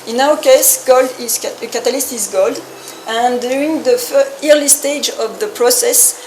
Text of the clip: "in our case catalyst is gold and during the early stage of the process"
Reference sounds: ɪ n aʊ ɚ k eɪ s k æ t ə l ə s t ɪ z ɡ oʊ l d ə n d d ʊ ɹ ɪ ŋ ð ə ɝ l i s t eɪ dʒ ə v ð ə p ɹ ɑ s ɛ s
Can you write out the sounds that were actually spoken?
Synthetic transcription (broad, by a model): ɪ n aʊ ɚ k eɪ s k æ t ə l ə s t ɪ z ɡ oʊ l d ə n d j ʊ ɹ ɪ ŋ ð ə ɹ l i s t eɪ dʒ ə v ð ə p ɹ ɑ s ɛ s